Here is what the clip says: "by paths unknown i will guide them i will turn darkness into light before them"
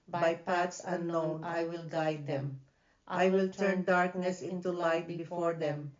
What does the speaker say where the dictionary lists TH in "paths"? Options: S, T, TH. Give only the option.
T